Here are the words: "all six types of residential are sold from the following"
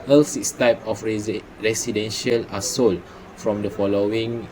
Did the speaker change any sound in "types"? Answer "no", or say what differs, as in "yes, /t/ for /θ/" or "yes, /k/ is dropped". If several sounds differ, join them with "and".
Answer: yes, /s/ is dropped